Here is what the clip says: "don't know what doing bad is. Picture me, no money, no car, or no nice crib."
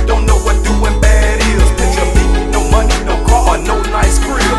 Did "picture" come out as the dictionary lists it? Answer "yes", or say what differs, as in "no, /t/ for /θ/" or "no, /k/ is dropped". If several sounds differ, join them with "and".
no, /k/ is dropped